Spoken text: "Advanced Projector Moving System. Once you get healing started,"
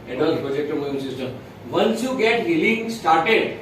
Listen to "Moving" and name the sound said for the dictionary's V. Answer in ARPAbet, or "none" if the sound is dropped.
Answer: none